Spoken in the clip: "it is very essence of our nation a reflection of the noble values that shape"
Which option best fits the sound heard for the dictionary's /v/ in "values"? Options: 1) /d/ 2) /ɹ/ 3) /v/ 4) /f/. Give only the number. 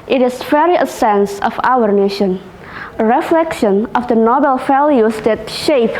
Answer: 4